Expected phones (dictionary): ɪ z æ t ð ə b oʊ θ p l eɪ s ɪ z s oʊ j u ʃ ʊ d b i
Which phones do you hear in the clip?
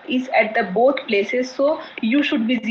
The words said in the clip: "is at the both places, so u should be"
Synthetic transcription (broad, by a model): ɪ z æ t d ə b oʊ t p l eɪ s ɪ z s oʊ j u ʃ ʊ d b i